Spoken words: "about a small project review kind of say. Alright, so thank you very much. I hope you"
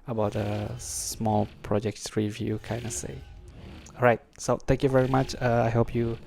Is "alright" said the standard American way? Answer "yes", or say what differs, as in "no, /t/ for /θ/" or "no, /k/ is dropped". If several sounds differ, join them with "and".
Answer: no, /l/ is dropped